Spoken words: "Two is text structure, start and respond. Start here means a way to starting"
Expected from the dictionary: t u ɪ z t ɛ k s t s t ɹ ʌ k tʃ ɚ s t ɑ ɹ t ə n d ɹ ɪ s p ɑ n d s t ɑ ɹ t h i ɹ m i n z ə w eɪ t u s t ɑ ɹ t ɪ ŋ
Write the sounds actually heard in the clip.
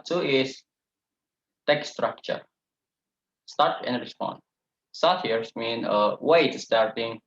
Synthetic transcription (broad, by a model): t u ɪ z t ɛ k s s t ɹ ʌ k tʃ ɚ s t ɑ ɹ t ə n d ɹ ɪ s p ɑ n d s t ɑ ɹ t h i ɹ m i n ə w eɪ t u s t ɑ ɹ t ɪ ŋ